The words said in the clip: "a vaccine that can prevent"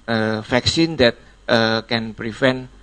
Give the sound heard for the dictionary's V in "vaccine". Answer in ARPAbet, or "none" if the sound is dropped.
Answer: F